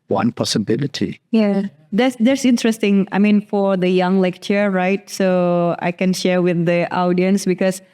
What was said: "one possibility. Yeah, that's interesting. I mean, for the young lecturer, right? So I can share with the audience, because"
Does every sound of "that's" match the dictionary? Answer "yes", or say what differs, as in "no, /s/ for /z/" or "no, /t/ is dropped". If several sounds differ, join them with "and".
no, /s/ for /t/